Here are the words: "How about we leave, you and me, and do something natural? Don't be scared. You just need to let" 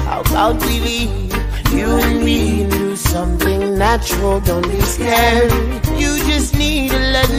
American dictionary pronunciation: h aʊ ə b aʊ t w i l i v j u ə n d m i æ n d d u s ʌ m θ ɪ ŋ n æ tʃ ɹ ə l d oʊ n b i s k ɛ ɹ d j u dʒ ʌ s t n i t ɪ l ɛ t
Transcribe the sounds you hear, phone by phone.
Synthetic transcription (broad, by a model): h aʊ ə b aʊ t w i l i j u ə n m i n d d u s ʌ m θ ɪ ŋ n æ tʃ ɹ l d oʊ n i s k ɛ j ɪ dʒ ʌ s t n i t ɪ l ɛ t